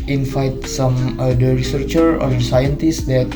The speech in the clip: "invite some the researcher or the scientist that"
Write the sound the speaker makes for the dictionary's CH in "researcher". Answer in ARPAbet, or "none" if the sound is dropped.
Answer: CH